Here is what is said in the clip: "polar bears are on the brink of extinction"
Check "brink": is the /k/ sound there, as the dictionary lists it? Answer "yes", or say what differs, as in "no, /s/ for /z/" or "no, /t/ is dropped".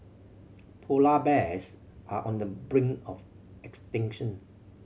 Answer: no, /k/ is dropped